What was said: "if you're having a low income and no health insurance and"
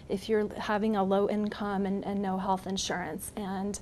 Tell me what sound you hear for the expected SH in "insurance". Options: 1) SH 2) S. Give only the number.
1